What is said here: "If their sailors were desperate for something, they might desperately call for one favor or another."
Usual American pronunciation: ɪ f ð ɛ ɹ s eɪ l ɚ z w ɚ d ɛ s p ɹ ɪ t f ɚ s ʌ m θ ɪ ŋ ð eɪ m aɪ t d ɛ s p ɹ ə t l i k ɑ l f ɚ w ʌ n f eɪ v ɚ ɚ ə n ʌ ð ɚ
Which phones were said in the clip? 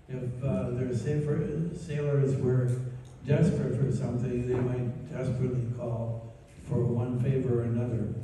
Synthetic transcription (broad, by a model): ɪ f ð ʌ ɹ s eɪ l ɚ z w ɚ d ɛ s p ɹ ɪ t f ɚ s ʌ m θ ɪ ŋ ð eɪ m aɪ t d ɛ s p ɹ ə t l i k ɑ l f ɚ w ʌ n f eɪ v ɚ ɚ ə n ʌ ð ɚ